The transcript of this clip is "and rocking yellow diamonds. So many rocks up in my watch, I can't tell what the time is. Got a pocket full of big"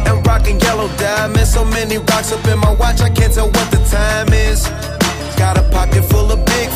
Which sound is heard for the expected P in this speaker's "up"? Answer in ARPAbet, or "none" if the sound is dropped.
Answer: B